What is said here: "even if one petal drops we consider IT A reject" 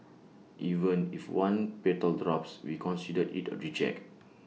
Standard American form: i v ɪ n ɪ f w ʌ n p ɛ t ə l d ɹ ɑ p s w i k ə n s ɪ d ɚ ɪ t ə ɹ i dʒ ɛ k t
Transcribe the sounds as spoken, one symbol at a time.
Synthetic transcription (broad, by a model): i v ɪ n ɪ f w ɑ n p ɛ t ə l d ɹ ɑ p s w i k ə n s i d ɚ ɪ t ə ɹ i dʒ ɛ k